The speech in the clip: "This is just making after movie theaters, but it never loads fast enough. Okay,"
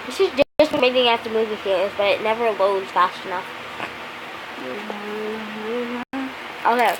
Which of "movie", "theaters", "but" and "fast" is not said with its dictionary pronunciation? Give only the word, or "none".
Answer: theaters